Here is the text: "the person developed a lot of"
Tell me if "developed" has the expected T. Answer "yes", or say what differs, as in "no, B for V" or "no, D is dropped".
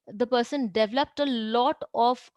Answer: yes